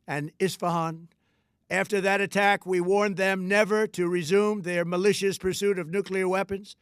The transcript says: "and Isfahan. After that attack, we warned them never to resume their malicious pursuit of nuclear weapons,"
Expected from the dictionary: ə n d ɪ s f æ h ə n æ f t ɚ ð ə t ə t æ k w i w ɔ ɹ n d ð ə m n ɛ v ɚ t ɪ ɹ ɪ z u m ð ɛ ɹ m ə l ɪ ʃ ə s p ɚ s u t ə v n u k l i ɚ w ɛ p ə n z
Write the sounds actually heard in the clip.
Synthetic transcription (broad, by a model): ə n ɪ s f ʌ h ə n æ f t ɚ ð ə t ə t æ k w i w ɔ ɹ n ð ə m n ɛ v ɚ t ɪ ɹ ɪ z u m ð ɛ ɹ m ə l ɪ ʃ ə s p ɚ s u t ə v n u k l i ɚ w ɛ p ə n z